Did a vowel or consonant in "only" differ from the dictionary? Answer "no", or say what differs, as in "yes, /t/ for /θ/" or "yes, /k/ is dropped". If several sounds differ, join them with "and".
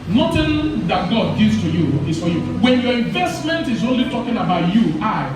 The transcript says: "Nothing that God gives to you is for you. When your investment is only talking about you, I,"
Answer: no